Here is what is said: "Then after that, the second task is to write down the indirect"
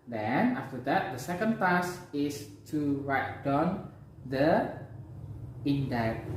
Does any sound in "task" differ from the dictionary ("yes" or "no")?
yes